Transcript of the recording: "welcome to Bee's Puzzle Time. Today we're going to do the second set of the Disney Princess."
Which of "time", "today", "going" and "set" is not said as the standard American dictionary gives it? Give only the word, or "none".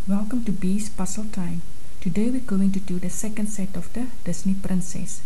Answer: none